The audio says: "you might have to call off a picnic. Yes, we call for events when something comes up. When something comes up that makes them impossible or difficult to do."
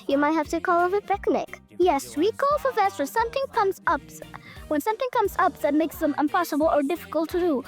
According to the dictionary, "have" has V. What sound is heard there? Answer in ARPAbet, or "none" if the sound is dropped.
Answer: F